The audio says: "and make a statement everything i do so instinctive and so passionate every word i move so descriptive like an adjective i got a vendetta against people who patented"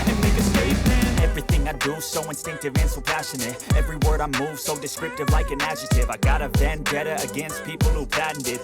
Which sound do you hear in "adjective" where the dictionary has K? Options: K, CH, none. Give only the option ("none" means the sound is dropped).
none